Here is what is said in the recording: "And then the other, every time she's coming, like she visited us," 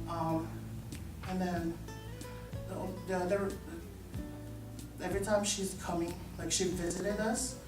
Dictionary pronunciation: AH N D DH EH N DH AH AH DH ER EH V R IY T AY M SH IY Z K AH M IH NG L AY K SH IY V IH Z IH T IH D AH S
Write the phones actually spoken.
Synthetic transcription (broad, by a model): AH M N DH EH N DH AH AH DH ER EH V R IY T AY M SH IY Z K AH M IH NG L AY K SH IY V IH Z IH T IH D AH S